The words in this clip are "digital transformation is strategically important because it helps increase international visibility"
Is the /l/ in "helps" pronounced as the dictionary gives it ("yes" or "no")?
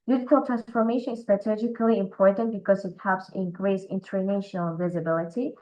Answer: no